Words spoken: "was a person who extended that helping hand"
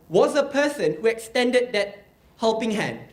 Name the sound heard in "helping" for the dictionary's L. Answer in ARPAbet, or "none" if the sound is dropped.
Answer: L